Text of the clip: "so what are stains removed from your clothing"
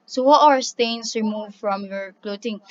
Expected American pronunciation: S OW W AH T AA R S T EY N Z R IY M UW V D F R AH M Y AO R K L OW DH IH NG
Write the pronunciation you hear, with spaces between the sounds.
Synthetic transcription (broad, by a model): S OW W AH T AA R S T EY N S R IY M UW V F R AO M Y AO R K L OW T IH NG